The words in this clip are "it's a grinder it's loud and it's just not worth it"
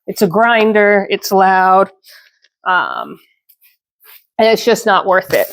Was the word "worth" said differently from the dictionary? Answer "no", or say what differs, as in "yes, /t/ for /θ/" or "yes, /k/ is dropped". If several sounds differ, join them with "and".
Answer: no